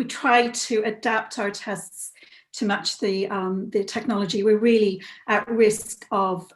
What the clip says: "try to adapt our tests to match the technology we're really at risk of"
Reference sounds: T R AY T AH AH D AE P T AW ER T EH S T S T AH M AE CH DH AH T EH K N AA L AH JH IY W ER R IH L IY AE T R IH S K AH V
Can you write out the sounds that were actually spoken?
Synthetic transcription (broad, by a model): T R AY T AH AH D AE P T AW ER T EH S T S T AH M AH CH DH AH T EH K N AA L AH JH IY W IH R IH L IY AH T R IH S K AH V